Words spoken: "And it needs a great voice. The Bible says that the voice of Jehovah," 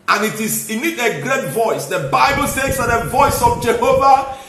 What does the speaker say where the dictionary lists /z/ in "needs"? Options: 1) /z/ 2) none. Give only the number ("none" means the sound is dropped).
2